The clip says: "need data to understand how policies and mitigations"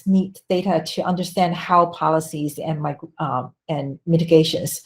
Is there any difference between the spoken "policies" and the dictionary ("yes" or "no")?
no